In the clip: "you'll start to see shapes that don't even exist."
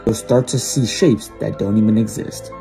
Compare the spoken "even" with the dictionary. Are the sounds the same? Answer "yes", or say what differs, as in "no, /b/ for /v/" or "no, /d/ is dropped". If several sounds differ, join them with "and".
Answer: yes